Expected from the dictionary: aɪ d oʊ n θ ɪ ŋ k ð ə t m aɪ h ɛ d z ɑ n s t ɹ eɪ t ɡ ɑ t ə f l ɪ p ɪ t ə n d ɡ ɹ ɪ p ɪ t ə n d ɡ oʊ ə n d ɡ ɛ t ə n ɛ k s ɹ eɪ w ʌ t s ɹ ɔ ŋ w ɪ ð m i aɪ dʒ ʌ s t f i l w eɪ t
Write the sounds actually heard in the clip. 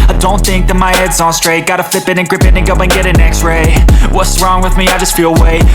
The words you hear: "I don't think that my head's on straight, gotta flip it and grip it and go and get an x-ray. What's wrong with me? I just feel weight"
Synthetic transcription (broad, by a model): aɪ d oʊ n θ ɪ ŋ k ð ə t m aɪ h ɛ d z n s t ɹ eɪ t ɡ ɑ t ə f l ɪ p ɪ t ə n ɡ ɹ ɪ p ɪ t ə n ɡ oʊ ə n ɡ ɛ t ə n ɛ k s ɹ eɪ w ʌ t s ɹ ɔ ŋ w ɪ ð m i aɪ dʒ ʌ s t f i l w eɪ